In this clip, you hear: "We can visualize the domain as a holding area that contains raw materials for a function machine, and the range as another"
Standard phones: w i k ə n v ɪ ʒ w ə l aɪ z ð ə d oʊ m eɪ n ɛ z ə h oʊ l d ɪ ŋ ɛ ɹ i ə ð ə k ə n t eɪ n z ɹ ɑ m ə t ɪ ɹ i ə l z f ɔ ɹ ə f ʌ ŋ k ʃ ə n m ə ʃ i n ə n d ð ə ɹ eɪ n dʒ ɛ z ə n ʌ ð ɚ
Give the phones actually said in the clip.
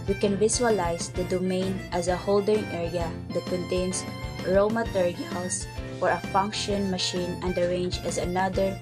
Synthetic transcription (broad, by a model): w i k ə n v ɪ s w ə l aɪ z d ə d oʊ m eɪ n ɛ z ə h oʊ l d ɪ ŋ ɛ ɹ i ə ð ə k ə n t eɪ n s ɹ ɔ m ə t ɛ ɹ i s f ɔ ɹ ə f ʌ ŋ k ʃ ə n m ə ʃ i n ə n d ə ɹ eɪ n dʒ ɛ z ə n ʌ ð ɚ